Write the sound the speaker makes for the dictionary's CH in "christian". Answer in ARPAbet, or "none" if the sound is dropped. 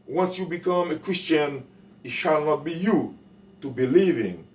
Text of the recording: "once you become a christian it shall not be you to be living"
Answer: CH